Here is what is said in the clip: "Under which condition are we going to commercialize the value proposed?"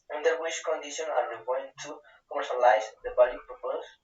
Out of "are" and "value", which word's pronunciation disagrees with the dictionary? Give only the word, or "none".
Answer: value